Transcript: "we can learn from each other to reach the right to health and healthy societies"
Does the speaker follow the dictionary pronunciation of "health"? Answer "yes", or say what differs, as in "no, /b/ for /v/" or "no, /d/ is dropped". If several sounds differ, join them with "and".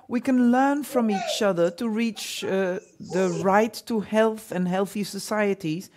yes